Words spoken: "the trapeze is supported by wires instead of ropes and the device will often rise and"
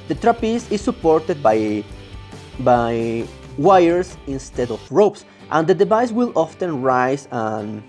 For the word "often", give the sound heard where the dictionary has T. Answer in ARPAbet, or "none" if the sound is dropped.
T